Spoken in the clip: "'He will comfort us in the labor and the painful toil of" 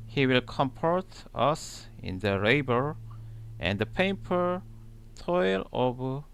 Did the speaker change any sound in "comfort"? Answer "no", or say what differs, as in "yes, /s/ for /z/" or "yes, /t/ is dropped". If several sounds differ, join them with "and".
yes, /p/ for /f/